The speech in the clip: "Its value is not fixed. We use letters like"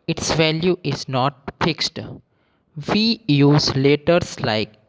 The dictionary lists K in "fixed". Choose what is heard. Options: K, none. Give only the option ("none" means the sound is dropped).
K